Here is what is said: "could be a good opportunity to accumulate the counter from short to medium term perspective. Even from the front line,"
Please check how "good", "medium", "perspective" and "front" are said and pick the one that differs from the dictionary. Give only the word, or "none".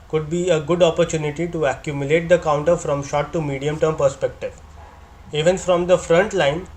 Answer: none